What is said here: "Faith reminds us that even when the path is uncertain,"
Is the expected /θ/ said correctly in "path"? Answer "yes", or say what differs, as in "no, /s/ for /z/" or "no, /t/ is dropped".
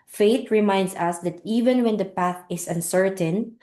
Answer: yes